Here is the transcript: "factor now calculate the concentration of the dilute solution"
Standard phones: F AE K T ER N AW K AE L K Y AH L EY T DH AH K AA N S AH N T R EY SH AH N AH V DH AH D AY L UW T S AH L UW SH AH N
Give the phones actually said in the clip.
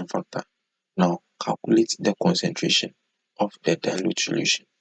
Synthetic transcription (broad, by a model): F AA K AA N AW K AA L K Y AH L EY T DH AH K AA N S AH N T R EY SH AH N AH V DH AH D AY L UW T S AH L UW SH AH N